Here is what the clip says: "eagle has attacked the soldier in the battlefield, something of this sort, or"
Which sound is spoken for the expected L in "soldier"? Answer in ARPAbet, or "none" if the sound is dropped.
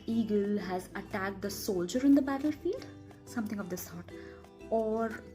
L